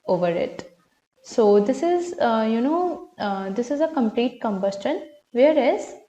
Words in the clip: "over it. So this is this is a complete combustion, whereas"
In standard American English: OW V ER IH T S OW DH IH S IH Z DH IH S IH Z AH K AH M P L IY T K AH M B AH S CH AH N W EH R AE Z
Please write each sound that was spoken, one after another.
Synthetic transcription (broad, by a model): OW V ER IH T S OW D IH S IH Z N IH S IH Z AH K AH M P L IY T K AH M B AH S CH AH N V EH R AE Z